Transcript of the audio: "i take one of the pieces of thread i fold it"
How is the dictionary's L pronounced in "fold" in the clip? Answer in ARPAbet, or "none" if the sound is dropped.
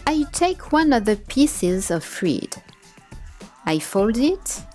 L